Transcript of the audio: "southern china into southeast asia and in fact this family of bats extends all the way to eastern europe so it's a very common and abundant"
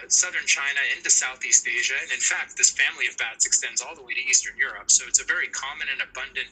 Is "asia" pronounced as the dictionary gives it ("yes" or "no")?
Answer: yes